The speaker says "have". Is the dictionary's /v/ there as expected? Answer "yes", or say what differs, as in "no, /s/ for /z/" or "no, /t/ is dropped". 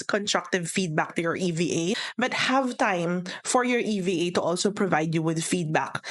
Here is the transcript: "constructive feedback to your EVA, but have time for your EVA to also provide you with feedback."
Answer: yes